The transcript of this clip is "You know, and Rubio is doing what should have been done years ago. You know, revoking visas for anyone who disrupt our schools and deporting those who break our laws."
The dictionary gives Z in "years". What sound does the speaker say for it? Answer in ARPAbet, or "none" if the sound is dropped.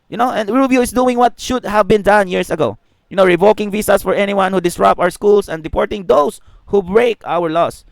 S